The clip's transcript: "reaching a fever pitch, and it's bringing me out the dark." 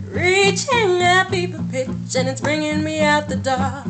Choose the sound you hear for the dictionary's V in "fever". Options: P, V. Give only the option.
P